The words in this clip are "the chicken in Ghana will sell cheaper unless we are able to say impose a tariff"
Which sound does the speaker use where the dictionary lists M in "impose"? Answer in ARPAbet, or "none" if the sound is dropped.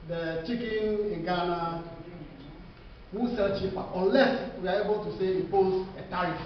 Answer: none